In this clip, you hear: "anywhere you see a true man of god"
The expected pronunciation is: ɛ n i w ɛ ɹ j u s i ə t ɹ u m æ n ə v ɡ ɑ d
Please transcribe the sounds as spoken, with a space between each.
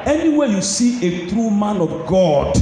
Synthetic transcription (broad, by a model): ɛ n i w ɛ j u s i ə t ɹ u m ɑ n ə v ɡ ɑ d